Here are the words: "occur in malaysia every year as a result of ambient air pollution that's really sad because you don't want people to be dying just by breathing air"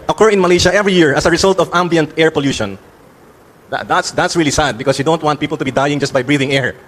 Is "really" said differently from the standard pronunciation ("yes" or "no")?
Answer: no